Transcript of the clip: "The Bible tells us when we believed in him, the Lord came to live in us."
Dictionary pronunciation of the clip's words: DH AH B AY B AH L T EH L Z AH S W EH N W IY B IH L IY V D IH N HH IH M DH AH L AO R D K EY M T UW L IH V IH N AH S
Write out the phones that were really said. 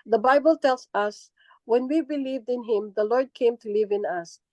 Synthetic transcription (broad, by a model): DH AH B AY B AH L T EH L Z AH S W EH N W IY B IH L IY V D IH N HH IH M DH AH L AO R D K EY M T UW L IH V IH N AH S